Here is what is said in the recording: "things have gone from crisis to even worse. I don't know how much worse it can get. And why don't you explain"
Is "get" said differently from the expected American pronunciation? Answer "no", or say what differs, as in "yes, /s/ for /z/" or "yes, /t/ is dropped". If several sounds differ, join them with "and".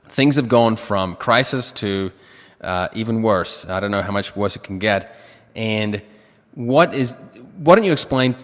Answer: no